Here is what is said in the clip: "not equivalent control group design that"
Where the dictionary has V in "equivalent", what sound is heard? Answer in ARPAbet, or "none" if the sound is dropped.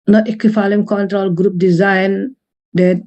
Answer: F